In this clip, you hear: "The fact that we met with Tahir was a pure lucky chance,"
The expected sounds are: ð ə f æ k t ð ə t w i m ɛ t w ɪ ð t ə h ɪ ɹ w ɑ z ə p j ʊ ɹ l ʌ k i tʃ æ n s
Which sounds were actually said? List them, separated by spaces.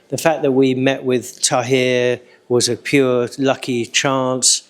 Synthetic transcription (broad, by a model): ð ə f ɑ k ð ə t w i m ɛ t w ɪ ð t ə h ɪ w ɑ z ə p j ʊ l ʌ k i tʃ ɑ n s